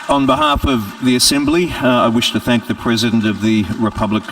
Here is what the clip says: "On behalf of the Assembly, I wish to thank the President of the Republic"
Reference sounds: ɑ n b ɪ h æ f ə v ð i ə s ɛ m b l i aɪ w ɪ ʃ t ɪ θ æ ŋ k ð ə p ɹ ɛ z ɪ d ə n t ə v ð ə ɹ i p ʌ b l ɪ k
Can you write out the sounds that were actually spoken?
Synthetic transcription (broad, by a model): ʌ n b ɪ h æ f ə v ð i ə s ɛ m b l i aɪ w ɪ ʃ t ɪ θ æ ŋ k ð ə p ɹ ɛ z ɪ d ə n t ə v ð ə ɹ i p ʌ b l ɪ k